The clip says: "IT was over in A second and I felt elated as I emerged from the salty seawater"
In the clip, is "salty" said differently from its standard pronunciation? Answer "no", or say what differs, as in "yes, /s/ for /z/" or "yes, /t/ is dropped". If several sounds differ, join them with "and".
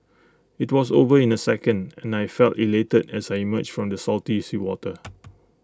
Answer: no